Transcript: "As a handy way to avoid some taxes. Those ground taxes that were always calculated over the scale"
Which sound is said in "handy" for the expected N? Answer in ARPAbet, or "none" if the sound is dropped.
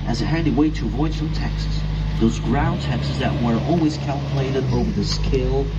none